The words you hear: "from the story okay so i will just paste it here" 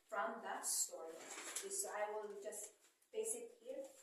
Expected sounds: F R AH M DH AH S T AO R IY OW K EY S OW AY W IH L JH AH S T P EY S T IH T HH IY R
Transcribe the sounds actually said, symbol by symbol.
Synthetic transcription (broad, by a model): F R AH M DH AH S T AO R IY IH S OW AY W IH L JH AH S T B EY S IH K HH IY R